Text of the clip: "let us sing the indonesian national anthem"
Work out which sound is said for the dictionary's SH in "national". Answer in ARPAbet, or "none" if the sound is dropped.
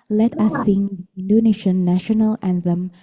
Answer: SH